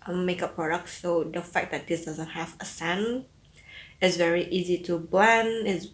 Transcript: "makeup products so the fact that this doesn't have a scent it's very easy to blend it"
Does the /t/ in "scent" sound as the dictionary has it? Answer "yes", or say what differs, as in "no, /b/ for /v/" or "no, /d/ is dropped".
no, /t/ is dropped